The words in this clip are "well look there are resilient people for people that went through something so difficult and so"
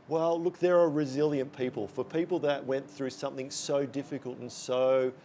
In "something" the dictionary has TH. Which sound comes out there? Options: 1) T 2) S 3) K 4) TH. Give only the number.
4